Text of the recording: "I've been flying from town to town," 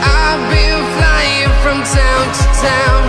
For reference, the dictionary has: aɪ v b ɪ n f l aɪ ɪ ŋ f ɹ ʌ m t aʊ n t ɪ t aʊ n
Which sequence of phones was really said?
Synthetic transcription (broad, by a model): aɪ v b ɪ l f l aɪ ɪ ŋ f ɹ ʌ m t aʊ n t ɪ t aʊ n